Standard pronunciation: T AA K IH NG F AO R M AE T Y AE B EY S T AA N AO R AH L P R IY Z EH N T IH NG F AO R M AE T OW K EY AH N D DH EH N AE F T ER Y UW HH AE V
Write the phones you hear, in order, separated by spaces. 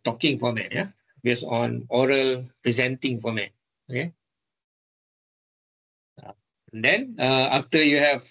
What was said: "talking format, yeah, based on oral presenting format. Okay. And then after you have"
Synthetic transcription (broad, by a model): T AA K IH NG F AO M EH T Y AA B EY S AA N AO R AH L P R IY Z EH N T IH NG F AO M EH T OW K EY AH N D EH N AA F T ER Y UW HH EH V